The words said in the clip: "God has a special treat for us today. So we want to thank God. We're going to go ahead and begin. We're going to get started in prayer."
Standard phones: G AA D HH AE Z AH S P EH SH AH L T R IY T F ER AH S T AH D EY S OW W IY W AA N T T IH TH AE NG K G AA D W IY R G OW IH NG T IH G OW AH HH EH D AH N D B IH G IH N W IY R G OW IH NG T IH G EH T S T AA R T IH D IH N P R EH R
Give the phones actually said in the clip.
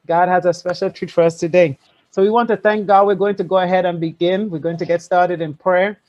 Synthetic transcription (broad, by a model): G AA D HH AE Z AH S P EH SH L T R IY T F ER AH S T AH D EY S OW W IY W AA N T T IH TH AE NG K G AA D W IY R G OW IH NG T IH G OW AH HH EH D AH N B IH G IH N W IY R G OW IH NG T IH G EH T S T AA R T IH D IH N P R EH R